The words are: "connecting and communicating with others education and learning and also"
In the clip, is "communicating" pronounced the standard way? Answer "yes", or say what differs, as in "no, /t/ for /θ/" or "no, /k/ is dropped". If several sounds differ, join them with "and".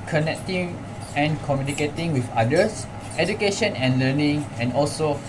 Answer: yes